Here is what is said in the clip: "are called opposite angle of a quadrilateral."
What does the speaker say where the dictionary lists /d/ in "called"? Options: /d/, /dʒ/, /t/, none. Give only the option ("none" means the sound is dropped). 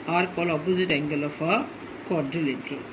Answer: none